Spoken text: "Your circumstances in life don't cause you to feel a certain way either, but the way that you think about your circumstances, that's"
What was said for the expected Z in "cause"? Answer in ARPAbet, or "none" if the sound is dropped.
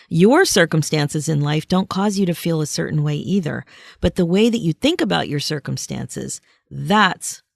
Z